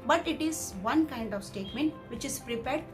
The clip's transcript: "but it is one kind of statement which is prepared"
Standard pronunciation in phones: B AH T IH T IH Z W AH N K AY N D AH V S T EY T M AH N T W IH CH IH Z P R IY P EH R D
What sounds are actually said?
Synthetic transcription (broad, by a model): B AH T IH T IH Z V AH N K AY N D AH V S T EY T M AH N T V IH CH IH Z P R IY P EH R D